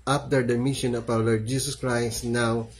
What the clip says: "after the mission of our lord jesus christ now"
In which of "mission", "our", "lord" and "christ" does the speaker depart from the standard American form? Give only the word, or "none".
our